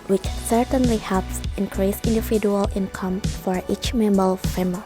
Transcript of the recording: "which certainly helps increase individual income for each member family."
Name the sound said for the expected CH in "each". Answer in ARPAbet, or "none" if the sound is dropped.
CH